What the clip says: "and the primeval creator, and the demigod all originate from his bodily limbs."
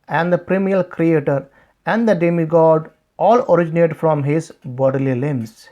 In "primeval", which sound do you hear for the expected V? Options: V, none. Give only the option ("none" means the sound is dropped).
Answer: none